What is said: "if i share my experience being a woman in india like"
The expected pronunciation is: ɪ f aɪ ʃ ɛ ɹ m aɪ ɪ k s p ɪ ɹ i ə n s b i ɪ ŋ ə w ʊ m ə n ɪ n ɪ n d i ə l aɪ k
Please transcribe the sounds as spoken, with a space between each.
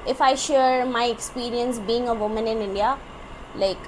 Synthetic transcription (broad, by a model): ɪ f aɪ ʃ ɛ ɹ m aɪ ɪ k s p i ɹ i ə n s b i ɪ ŋ ə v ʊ m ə n ɪ n ɪ n d i ə l aɪ k